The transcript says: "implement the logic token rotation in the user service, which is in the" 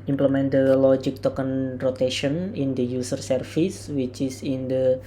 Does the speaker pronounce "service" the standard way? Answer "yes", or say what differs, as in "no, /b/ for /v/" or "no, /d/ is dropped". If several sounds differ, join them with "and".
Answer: no, /f/ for /v/